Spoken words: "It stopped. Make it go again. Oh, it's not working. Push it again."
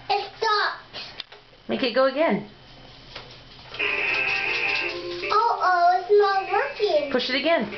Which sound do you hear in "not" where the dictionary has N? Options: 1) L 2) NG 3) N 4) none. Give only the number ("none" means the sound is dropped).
1